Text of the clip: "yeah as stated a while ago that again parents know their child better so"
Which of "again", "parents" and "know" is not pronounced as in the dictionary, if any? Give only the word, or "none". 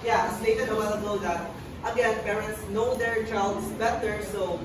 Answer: none